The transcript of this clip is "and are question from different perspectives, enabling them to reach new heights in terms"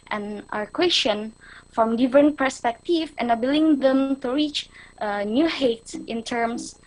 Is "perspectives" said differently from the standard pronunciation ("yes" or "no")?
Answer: yes